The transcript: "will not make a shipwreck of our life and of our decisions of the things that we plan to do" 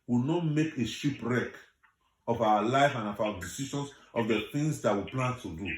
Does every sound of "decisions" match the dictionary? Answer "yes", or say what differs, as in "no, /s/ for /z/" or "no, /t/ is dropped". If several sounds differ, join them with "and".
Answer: no, /ʃ/ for /ʒ/ and /s/ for /z/